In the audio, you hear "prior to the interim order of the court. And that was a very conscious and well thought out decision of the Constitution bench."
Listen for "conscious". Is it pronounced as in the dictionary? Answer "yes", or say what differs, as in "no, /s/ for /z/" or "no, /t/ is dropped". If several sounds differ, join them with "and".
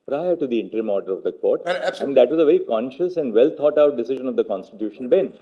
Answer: yes